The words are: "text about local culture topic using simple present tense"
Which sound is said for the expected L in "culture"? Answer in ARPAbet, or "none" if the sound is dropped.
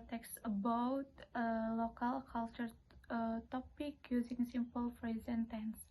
L